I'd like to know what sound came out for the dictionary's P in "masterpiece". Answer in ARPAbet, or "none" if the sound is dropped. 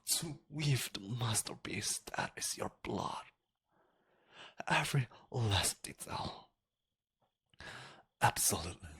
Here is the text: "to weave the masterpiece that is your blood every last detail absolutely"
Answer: B